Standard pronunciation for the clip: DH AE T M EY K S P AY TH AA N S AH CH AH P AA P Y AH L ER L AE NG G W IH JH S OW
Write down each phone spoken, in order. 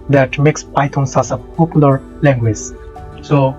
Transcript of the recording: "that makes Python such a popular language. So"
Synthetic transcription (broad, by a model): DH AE T M EY K S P AY T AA N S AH S AH P AA P Y AH L ER L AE NG G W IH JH S OW